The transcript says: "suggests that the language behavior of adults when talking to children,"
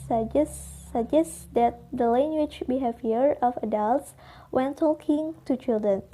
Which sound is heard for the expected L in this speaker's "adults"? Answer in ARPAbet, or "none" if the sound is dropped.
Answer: L